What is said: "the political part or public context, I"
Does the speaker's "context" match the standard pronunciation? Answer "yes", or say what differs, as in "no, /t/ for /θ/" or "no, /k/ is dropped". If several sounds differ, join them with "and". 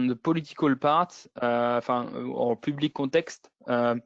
no, /n/ is dropped